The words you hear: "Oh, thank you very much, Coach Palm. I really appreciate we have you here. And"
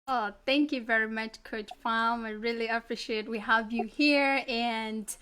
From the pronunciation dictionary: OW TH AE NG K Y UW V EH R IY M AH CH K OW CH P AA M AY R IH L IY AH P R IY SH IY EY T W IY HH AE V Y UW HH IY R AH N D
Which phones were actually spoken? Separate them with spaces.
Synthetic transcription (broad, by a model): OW TH AE NG K Y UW V EH R IY M AH CH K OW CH F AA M AY R IH L IY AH P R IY SH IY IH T W IY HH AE V Y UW HH IY R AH N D